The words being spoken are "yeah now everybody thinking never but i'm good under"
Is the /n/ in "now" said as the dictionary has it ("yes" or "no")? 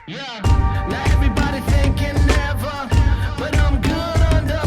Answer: no